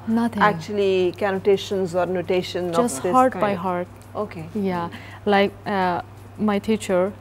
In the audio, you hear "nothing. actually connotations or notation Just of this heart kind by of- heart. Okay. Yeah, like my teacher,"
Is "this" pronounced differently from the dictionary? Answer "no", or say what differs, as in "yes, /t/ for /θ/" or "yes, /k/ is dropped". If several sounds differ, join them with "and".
yes, /s/ is dropped